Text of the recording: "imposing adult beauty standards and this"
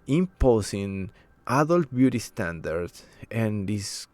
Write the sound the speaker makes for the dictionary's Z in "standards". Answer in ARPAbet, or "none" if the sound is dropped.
S